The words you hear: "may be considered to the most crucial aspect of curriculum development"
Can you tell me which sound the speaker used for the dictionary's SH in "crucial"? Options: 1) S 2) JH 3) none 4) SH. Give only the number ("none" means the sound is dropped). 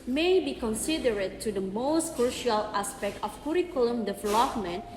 4